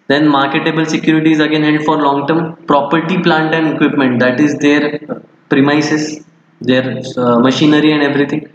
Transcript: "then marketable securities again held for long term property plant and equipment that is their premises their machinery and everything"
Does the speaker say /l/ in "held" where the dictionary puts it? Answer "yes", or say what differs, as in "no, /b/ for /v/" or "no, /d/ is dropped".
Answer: no, /l/ is dropped